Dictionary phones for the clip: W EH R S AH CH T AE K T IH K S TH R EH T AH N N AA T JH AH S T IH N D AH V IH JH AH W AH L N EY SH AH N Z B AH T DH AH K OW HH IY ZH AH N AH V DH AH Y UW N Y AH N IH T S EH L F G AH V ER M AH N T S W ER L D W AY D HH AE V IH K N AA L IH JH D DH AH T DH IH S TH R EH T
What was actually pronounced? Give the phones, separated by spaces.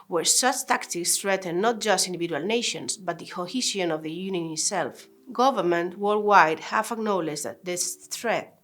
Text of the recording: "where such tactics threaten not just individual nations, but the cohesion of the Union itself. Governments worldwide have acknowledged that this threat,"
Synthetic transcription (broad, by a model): W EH R S AH CH T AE K T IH K S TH R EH T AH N N AA T JH AH S T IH N D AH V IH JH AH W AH L N EY SH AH N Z B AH T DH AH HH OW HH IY SH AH N AH V DH AH Y UW N Y AH N IH T S EH L F G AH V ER M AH N T W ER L W AY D HH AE F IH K N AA L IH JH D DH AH T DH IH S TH R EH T